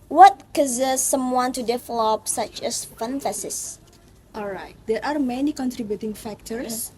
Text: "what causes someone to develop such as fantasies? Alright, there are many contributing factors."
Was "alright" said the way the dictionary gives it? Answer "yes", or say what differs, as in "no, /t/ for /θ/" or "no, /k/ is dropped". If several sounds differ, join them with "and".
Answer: yes